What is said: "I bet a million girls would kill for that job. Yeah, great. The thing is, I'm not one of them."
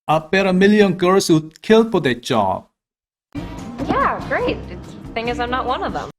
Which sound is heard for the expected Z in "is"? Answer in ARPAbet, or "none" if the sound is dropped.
Z